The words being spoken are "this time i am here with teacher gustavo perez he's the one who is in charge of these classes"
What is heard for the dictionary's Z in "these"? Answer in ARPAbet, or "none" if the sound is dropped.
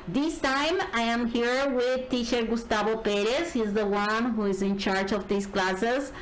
S